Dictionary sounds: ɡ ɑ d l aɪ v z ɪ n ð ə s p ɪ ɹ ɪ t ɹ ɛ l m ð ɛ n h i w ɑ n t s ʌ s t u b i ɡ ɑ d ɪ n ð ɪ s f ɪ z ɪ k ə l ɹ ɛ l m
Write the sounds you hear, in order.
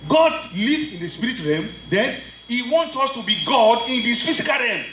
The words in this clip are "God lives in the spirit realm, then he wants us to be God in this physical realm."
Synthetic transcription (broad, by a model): ɡ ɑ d l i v ɪ n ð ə s p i ɹ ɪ t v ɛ m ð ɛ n h i w ɑ n t s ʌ s t u b i ɡ ɑ d ɪ n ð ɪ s f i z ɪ k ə l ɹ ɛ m